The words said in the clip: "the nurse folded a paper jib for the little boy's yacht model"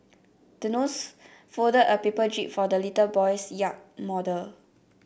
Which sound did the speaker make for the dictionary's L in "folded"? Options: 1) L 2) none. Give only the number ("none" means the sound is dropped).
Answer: 2